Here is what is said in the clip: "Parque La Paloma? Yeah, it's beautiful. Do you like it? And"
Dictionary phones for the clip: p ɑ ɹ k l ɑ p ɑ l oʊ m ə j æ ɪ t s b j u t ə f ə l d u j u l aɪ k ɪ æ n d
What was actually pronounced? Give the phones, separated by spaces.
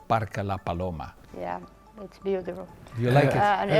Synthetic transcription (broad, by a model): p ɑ ɹ k l ɑ p ɑ l oʊ m ə j æ ɪ t s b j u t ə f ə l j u l aɪ k ɪ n